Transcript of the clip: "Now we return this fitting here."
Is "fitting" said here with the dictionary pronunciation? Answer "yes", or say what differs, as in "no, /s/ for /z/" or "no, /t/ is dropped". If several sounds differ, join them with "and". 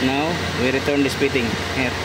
no, /p/ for /f/